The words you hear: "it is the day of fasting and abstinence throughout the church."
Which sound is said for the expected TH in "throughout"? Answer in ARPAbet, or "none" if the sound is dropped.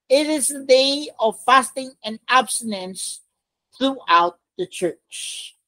TH